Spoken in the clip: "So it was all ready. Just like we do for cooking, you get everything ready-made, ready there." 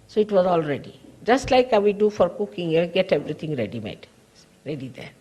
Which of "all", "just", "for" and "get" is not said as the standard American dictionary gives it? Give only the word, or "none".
none